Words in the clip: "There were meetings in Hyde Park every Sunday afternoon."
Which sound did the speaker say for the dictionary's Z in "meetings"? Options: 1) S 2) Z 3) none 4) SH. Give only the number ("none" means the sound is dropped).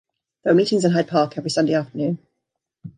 2